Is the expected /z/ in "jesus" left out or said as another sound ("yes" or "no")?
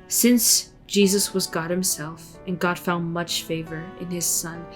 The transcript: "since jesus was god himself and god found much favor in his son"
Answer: no